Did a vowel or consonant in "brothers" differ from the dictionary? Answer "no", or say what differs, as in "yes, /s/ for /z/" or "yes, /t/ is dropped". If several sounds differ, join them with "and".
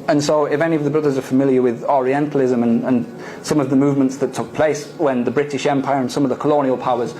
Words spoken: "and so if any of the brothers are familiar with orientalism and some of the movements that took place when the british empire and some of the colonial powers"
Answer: no